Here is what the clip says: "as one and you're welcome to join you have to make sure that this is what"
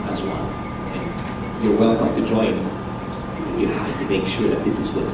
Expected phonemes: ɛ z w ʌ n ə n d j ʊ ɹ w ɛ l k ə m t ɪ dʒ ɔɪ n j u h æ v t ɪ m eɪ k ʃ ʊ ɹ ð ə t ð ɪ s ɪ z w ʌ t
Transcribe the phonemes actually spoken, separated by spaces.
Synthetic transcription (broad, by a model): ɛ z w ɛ l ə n j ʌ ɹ w ɛ l k ə m t ɪ dʒ ɔɪ n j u h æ f t ɪ m eɪ k ʃ ʊ ɹ ð ə t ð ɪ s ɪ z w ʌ